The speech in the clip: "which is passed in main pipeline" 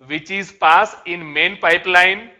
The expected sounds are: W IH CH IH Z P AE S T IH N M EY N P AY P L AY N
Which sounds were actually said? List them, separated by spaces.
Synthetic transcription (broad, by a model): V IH CH IH Z P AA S IH N M EY N P AY P L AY N